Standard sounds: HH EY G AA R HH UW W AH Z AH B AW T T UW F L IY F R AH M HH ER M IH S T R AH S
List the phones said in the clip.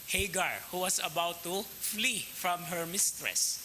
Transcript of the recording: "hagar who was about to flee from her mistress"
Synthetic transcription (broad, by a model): HH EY G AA R HH UW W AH S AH B AW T T UW F L IY F R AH M HH ER M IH S T R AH S